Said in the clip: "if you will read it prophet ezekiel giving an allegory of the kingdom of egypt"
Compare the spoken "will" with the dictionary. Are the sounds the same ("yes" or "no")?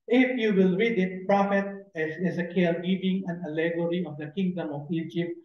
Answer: yes